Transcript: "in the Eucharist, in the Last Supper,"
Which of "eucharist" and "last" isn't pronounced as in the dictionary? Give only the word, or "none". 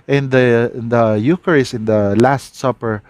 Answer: eucharist